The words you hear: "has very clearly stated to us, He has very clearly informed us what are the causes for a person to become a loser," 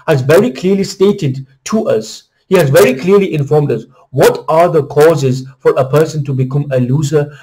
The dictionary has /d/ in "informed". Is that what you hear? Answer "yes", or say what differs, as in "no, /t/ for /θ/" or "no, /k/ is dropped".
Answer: yes